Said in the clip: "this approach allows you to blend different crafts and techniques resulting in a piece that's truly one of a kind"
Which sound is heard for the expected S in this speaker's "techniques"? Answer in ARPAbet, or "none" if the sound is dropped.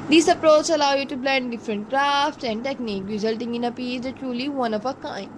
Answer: none